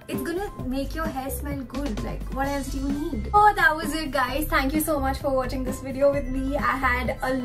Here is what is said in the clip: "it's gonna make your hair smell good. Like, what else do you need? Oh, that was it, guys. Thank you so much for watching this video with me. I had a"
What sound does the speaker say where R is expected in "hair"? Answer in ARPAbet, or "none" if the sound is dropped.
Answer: L